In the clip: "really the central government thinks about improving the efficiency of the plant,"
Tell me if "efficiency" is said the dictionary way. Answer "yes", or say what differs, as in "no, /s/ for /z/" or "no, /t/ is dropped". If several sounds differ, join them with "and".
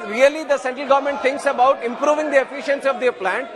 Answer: yes